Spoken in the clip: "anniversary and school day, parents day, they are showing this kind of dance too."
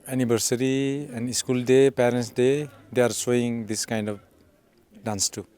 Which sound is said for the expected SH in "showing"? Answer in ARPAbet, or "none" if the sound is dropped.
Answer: S